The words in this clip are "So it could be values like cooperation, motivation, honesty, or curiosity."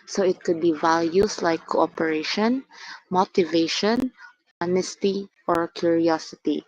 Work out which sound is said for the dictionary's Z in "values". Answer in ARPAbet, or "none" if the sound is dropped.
S